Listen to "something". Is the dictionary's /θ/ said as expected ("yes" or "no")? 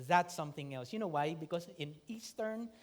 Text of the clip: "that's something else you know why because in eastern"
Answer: yes